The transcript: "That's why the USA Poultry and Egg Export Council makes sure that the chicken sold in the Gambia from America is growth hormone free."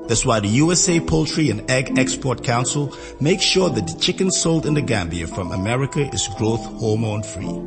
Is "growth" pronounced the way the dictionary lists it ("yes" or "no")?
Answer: yes